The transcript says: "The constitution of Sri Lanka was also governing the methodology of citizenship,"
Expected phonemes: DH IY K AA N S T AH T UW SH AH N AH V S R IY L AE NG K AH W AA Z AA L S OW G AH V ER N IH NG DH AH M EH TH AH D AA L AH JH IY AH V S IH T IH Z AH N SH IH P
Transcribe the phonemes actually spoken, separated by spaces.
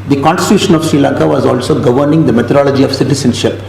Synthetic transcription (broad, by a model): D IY K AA N S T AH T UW SH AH N AH V S R IY L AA NG K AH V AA Z AA L S OW G AH V ER N IH NG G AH M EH T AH D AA L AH JH IY AH V S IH T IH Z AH N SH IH P